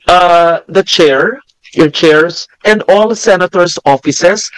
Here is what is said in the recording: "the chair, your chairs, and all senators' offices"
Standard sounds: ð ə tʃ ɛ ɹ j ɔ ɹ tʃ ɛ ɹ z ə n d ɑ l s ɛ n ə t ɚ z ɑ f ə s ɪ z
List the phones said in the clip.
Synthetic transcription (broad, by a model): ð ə tʃ ɛ ɹ j ɔ ɹ tʃ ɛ ɹ s ə n d ɑ l s ɛ n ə t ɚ s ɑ f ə s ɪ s